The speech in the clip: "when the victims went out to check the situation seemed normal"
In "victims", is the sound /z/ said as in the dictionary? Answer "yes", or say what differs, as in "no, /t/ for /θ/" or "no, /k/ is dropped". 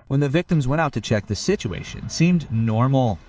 yes